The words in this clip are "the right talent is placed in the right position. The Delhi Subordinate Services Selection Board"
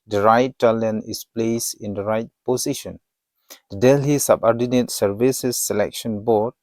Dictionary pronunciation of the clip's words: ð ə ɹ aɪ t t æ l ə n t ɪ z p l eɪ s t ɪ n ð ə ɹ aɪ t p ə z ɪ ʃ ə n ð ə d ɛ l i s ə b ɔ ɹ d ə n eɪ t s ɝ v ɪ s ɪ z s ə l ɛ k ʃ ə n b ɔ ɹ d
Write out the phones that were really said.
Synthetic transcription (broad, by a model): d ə ɹ aɪ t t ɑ l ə n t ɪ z p l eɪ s ɪ n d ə ɹ aɪ t p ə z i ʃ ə n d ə d ɛ l i s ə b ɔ ɹ d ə n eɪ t s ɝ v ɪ s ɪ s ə l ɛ k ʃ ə n b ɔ ɹ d